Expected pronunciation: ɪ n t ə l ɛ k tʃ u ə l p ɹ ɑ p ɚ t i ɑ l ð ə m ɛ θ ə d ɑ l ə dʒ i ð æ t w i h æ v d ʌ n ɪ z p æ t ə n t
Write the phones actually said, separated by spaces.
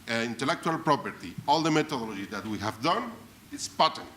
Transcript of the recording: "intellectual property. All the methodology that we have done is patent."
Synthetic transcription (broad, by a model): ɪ n t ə l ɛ k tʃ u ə l p ɹ ɑ p ɚ t i ɑ l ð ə m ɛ t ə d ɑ l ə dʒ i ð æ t w i h æ v d ʌ n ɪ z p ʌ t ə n